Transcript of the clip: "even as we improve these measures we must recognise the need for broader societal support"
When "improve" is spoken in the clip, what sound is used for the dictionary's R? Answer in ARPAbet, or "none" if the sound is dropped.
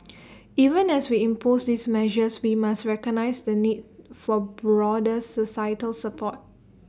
none